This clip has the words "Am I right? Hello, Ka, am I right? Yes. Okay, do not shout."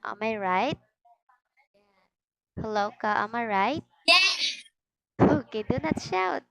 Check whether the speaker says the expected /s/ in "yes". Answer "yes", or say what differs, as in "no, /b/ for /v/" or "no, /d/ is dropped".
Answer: no, /s/ is dropped